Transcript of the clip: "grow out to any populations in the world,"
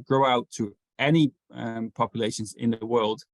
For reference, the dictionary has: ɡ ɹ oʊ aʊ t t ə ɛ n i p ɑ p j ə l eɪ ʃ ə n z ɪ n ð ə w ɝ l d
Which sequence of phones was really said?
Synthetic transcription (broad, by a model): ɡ ɹ oʊ aʊ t t ə ɛ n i p ɑ p j ə l eɪ ʃ ə n z ɪ n ð ə w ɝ l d